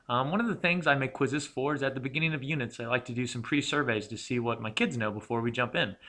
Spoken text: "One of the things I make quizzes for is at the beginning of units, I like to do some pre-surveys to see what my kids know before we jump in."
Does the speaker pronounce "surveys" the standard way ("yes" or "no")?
yes